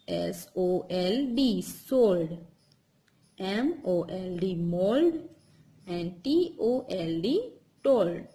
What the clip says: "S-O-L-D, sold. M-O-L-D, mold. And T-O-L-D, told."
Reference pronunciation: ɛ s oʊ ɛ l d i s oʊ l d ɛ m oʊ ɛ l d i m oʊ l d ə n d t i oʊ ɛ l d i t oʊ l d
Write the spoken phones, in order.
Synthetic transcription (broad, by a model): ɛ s oʊ ɛ l d i s oʊ l d ɛ m oʊ ɛ l d i m oʊ l d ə n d t i oʊ ɛ l d i t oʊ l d